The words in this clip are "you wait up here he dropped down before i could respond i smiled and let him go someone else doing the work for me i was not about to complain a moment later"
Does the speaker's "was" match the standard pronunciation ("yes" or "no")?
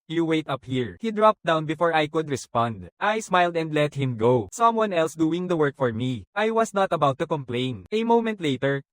no